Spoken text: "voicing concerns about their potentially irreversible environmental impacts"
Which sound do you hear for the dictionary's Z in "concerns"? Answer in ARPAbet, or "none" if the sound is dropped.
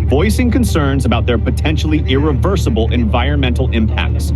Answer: Z